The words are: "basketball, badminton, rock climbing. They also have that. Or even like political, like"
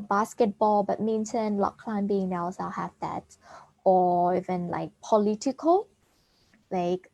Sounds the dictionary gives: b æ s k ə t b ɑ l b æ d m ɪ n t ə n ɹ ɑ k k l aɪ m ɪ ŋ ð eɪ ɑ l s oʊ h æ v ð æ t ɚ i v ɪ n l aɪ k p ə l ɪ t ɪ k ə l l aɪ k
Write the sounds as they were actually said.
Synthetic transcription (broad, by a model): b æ s k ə t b ɑ l b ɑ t m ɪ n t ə n l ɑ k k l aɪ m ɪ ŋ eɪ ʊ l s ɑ h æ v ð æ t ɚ i v ɪ n l aɪ k p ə l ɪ t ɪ k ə l l aɪ k